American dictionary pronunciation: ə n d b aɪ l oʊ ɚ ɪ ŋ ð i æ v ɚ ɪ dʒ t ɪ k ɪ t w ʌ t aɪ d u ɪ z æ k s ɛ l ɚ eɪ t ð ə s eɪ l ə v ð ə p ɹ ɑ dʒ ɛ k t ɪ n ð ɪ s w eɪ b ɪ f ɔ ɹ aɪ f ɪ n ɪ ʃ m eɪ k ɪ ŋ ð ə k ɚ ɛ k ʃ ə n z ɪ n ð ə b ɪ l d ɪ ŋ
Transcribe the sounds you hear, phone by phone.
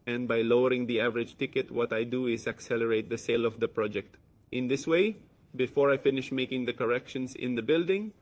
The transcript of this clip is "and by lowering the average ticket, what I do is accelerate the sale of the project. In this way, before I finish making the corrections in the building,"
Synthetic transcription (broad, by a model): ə n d b aɪ l oʊ ɚ ɪ ŋ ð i æ v ɚ ɪ dʒ t ɪ k ɪ t w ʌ t aɪ d u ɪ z æ k s ɛ l ɚ eɪ t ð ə s eɪ l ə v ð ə p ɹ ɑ dʒ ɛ k t ɪ n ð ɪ s w eɪ b ɪ f ɔ ɹ aɪ f ɪ n ɪ ʃ m eɪ k ɪ ŋ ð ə k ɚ ɛ k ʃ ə n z ɪ n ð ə b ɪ l d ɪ ŋ